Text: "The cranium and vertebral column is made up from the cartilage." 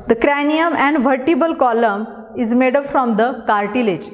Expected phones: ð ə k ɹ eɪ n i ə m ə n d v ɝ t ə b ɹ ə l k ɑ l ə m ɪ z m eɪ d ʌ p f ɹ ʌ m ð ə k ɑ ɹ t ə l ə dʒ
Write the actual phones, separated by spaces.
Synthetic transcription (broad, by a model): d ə k ɹ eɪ n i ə m ə n d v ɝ t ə b ə l k ɑ l ə m ɪ z m eɪ d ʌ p f ɹ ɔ m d ə k ɑ ɹ t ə l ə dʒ